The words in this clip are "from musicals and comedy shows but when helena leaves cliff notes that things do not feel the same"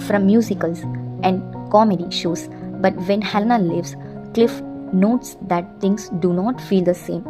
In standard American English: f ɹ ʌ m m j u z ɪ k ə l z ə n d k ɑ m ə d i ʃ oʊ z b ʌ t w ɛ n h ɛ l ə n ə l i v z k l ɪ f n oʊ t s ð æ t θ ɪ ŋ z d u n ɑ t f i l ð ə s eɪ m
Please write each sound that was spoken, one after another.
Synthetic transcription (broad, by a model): f ɹ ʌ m m j u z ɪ k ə l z ə n d k ɑ m ə d i ʃ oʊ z b ʌ t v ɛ n h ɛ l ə n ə l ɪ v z k l ɪ f n oʊ t s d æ t t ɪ ŋ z d u n ɑ t f i l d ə s eɪ m